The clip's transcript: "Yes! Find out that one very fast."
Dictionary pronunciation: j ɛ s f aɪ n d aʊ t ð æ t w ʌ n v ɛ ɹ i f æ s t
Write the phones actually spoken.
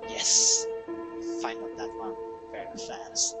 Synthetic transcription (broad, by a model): j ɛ s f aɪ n aʊ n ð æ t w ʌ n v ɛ ɹ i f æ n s